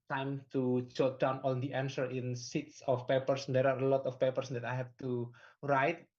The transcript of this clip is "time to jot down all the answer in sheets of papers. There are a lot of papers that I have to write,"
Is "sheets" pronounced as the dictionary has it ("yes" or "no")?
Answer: no